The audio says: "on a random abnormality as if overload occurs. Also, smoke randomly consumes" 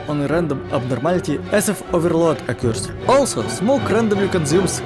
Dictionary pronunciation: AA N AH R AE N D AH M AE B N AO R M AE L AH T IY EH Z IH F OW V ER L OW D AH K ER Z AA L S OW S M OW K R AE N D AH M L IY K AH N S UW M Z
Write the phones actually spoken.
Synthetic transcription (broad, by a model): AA N AH R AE N D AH M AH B N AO R M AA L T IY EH S IH F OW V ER L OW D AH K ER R AA L S OW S M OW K R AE N D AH M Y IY K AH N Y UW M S